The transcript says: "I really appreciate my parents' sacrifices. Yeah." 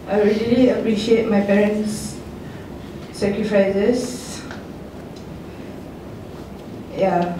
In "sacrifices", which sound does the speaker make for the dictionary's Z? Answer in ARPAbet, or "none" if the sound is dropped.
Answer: S